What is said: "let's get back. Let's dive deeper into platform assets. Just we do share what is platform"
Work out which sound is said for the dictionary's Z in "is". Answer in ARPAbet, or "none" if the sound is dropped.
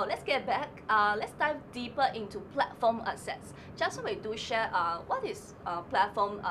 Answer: S